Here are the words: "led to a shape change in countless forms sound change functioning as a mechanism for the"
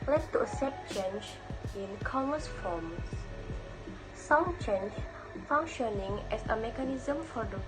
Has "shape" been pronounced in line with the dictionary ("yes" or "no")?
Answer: no